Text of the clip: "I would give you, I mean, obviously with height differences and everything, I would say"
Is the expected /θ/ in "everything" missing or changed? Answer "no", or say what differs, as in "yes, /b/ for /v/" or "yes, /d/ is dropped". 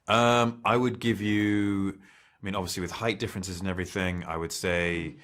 no